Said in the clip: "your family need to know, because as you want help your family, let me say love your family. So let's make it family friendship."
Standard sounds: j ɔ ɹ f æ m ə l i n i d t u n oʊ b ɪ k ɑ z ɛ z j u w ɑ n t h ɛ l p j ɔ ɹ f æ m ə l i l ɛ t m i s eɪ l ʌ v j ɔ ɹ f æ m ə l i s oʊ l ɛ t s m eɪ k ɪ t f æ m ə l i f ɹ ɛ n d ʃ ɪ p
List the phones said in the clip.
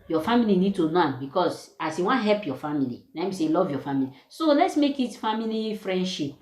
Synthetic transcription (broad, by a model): j ɔ f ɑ m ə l i n i d t u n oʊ b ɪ k ɑ s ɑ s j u w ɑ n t h ɛ l p j ɔ f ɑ m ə l i n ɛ m i s eɪ l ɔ v j ɔ f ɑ m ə l i s oʊ l ɛ t s m eɪ k ɪ t f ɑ m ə l i f ɹ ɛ n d ʃ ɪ p